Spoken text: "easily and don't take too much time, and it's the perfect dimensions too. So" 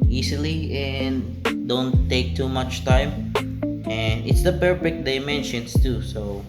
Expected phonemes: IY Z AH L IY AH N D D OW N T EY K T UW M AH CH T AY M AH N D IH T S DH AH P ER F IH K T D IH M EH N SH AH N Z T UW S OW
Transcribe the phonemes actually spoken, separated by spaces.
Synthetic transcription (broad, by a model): IY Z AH L IY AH N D D OW N T EY K T UW M AH CH T AY M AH N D IH T S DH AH B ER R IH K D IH M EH N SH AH N S T UW S OW